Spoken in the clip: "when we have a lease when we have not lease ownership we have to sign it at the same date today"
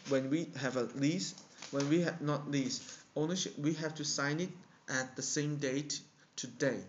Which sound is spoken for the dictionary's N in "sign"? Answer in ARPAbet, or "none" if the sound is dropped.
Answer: N